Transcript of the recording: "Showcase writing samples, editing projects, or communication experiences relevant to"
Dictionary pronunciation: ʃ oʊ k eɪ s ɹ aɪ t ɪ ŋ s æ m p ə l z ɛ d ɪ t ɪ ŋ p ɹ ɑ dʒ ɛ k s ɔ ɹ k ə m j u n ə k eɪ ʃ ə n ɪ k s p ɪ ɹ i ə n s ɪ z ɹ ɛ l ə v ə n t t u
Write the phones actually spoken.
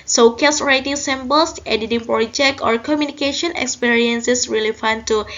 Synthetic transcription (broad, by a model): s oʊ k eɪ s ɹ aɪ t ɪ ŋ s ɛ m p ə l s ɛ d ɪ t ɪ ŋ p ɹ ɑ dʒ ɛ k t ɔ ɹ k ə m j u n ə k eɪ ʃ ə n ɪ k s p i ɹ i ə n s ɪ s ɹ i l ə f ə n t t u